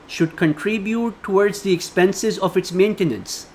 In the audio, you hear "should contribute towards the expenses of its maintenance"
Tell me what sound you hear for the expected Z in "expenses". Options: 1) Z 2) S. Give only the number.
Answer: 1